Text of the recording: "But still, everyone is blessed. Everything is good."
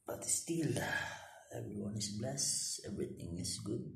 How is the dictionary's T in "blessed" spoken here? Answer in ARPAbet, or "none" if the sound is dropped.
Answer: none